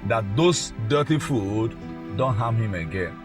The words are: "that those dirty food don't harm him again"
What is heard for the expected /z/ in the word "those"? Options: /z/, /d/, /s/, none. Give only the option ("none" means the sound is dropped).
/s/